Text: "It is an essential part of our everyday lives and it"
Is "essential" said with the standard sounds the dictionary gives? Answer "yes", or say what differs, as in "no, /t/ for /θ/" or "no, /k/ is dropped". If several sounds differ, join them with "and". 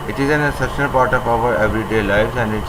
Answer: no, /n/ is dropped